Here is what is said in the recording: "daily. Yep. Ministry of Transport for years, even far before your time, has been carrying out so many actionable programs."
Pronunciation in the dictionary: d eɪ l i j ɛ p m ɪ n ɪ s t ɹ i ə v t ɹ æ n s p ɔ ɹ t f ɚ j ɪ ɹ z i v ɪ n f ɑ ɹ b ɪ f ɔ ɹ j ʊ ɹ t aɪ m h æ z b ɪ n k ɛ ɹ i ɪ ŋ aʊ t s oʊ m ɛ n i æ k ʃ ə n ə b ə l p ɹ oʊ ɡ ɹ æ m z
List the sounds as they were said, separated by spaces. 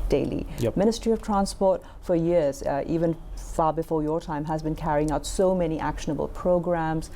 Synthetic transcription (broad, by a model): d eɪ l i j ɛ m ɪ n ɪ s t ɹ i ə v t ɹ æ n s p ɔ ɹ t f ɚ j ɪ ɹ z i v ɪ n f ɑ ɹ b ɪ f ɔ ɹ j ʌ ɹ t aɪ m h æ z b ɪ n k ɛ ɹ i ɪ ŋ aʊ t s oʊ m ɛ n i æ k ʃ ə n ə b ə l p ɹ oʊ ɡ ɹ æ m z